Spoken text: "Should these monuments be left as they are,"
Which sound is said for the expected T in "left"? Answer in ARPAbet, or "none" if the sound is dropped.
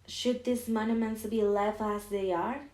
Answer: none